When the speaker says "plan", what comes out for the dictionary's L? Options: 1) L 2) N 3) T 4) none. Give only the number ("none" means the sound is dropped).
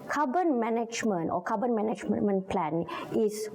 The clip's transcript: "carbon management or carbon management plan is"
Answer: 1